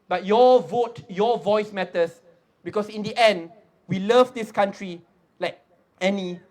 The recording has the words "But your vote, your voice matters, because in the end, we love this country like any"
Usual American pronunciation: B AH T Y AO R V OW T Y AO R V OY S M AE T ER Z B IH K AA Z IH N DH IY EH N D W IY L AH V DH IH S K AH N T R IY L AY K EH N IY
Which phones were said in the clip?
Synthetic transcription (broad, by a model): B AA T Y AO V OW T Y AO V OY S M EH T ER S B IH K AA S IH N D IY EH N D W IY L AH V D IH S K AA N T R IY L AY K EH N IY